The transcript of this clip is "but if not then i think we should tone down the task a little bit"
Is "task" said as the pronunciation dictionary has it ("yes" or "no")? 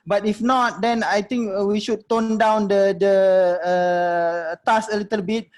no